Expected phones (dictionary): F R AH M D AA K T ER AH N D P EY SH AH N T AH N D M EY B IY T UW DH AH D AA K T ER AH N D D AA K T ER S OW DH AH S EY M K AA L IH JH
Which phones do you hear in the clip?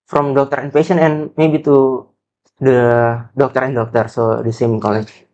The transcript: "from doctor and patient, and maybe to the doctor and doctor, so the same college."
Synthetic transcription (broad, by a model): F R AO M D AA K T ER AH N P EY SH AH N AH N M EY B IY T UW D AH D AA K T ER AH N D D AA K T ER S OW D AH S EY M K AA L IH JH